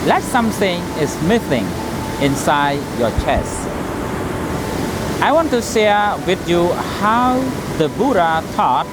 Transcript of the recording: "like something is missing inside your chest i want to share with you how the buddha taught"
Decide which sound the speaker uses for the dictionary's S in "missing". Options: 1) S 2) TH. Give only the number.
2